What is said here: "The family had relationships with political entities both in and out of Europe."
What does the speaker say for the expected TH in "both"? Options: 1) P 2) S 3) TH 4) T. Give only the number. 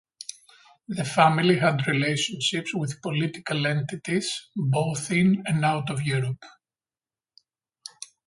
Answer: 3